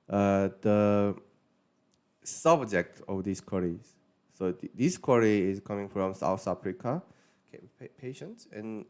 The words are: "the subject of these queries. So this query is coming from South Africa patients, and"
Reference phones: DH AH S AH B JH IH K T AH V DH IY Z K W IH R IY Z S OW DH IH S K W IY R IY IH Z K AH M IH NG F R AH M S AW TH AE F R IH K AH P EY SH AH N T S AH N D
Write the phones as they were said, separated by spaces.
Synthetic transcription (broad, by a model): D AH S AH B JH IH K T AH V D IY S K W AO R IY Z S OW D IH S K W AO R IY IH S K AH M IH NG F R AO M S AW S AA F R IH K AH P EY SH AH N T S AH N